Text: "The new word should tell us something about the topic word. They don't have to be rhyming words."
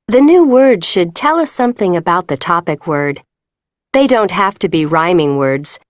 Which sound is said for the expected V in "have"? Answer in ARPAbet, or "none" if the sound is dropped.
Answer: F